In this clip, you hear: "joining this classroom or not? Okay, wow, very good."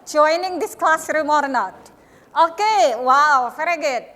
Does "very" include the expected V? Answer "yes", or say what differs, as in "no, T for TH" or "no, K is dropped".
no, F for V